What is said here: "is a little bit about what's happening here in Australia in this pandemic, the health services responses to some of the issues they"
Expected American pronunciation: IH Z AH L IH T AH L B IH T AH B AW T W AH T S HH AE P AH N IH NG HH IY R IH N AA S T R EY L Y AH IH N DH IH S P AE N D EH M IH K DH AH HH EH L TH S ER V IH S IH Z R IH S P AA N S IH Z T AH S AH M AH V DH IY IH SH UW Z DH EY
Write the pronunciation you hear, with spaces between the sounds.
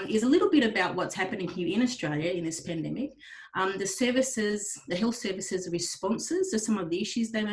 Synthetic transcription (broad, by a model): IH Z AH L IH T L B IH T AH B AW T W AH T S HH AE P AH N IH NG HH IY R IH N AA S T R EY L Y AH IH N DH IH S P AE N D EH M IH K DH AH HH EH L TH S ER V IH S IH Z R IH S P AA N S IH Z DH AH S AH M AH V DH IY IH SH UW Z DH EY